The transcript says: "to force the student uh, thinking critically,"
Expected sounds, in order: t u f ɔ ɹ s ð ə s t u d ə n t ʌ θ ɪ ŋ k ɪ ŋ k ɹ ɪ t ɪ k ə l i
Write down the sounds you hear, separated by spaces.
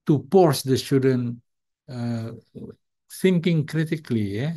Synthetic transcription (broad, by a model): t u p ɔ ɹ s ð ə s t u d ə n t ʌ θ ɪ ŋ k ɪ ŋ k ɹ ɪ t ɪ k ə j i